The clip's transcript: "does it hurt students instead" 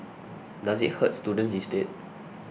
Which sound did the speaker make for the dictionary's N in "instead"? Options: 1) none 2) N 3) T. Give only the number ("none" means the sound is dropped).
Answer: 1